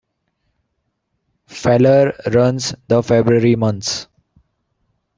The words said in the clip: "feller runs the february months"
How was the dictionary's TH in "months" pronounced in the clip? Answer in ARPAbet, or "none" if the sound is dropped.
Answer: T